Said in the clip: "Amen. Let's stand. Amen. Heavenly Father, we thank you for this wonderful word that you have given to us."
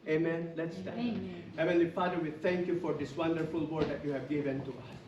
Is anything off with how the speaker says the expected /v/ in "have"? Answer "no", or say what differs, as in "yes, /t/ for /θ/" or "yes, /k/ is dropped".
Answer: no